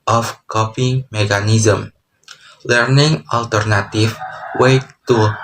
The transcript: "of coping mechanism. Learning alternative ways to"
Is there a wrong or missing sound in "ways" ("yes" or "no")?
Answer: yes